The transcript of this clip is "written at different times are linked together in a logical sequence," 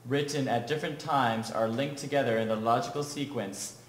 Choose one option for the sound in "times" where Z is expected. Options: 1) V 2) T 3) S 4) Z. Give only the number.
4